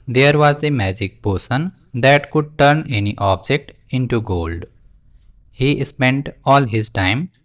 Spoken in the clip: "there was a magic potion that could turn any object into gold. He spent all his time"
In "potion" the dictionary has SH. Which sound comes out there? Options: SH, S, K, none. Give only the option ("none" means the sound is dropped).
S